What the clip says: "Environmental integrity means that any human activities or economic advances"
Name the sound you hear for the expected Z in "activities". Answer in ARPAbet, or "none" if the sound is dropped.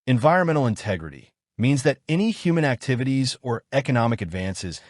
Z